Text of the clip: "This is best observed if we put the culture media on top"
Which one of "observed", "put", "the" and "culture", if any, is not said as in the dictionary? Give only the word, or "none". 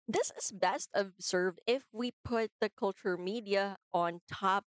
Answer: none